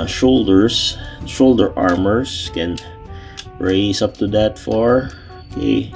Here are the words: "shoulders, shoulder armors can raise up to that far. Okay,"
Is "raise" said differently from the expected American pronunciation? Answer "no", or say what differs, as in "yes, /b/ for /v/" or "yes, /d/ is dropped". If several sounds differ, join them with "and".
yes, /s/ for /z/